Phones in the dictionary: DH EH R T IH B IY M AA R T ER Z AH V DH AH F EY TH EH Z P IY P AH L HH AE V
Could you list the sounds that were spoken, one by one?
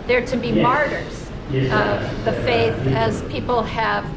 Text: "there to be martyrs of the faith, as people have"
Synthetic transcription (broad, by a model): DH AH R T IH B IY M AA R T ER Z AH V DH AH F EY TH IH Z P IY P L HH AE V